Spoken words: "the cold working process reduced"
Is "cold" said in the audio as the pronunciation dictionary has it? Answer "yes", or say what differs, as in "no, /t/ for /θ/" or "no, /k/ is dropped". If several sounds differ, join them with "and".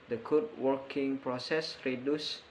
no, /l/ is dropped